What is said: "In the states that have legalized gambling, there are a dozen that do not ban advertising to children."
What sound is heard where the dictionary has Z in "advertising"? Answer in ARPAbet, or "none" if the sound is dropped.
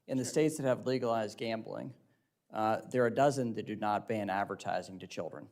Z